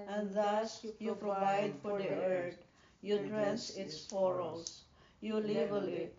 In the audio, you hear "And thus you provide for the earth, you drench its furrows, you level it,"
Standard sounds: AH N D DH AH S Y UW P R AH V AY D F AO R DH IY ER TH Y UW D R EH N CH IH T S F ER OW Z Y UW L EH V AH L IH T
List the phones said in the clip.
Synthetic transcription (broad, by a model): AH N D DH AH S Y UW P R AH V AY D F AO R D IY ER T Y UW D R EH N S IH T S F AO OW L Y UW L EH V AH L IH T